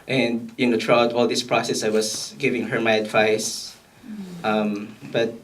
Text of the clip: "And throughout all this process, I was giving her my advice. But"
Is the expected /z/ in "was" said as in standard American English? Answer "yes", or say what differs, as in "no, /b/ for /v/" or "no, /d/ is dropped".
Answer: no, /s/ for /z/